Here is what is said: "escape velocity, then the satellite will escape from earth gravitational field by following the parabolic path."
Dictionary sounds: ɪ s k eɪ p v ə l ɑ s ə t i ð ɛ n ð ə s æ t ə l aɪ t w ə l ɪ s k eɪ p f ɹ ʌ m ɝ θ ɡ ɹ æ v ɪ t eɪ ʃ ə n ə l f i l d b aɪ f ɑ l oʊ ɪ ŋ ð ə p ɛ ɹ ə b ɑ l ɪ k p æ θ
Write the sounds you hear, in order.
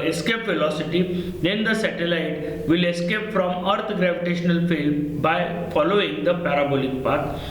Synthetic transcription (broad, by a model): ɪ s k eɪ p f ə l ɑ s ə t i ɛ n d ə s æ t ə l aɪ t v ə l ɪ s k eɪ p f ɹ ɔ m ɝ t ɡ ɹ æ v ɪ t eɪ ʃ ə n ə l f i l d b aɪ f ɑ l oʊ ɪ ŋ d ə p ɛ ɹ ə b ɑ l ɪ k p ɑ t